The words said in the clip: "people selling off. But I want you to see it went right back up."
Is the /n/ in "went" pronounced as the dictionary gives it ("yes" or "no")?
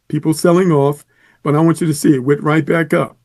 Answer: no